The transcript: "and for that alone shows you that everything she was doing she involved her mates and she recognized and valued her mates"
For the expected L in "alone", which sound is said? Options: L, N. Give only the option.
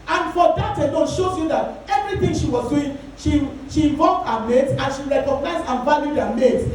N